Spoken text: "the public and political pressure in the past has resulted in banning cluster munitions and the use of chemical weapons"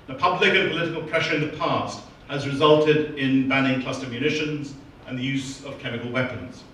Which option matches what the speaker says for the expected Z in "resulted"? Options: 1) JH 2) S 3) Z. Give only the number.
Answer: 3